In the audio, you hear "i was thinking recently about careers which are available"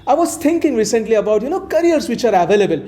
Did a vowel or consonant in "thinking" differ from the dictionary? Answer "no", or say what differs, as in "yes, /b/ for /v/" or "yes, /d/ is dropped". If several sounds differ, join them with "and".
yes, /t/ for /θ/